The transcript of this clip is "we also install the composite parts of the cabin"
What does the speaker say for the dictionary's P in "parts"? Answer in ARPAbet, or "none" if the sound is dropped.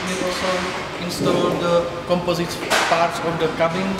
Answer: P